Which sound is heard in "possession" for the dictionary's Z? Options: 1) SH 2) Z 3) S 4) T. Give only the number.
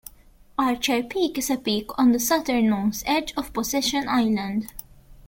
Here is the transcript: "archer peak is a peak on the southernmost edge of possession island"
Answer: 3